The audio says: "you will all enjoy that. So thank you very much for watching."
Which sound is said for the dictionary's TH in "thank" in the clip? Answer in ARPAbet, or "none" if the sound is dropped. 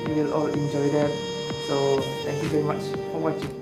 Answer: T